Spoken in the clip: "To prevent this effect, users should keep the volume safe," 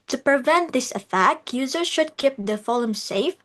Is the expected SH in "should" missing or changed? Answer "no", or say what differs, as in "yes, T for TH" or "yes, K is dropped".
no